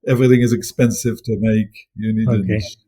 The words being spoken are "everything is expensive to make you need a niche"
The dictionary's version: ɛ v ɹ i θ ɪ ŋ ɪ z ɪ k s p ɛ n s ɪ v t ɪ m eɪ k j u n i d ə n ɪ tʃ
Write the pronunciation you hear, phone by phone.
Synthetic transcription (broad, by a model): ɛ v ɹ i θ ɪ ŋ ɪ z ɪ k s p ɛ n s ɪ v t ɪ m eɪ k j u n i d ə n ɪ